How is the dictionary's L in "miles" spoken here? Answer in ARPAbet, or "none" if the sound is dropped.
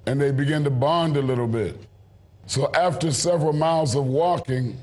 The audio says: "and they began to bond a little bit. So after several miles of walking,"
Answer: L